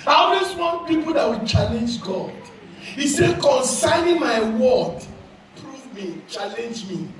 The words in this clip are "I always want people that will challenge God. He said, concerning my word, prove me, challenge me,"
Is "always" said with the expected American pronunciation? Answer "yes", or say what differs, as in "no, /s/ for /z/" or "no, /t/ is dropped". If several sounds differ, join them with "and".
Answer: no, /s/ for /z/